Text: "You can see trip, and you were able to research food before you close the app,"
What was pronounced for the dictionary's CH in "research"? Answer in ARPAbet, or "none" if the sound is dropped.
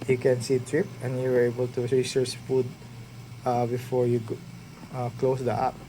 S